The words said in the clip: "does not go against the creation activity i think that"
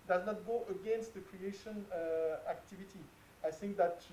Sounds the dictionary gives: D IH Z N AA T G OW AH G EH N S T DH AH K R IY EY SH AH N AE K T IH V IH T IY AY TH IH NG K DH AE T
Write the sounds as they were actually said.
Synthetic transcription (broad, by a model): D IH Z N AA T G OW AH G EH N S T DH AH K R IY EY SH AH N AE K T IH V IH T IY AY TH IH NG K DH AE T